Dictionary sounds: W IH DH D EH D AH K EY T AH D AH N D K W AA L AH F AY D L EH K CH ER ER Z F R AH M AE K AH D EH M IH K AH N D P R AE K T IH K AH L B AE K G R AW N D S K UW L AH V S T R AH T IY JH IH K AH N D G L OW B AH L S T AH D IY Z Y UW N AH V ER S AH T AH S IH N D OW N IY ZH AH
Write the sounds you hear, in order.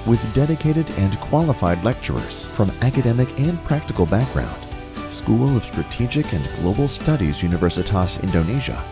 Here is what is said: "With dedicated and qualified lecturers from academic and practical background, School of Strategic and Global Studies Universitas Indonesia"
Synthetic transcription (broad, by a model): W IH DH D EH D AH K EY T AH D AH N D K W AA L AH F AY D L EH K CH ER ER Z F R AH M AE K AH D EH M IH K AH N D P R AE K T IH K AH L B AE K G R AW N D S K UW L AH V S T R AH T IY JH IH K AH N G L OW B L S T AH D IY Z Y UW N AH V ER S AH T AH S IH N D OW N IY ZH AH